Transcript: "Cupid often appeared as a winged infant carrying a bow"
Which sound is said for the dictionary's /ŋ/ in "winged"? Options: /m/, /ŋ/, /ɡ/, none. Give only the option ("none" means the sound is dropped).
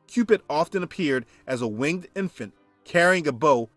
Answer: /ŋ/